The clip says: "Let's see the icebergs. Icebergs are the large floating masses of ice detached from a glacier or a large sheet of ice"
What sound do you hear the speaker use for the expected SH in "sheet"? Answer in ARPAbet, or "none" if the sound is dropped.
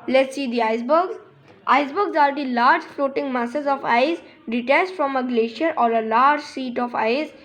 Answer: S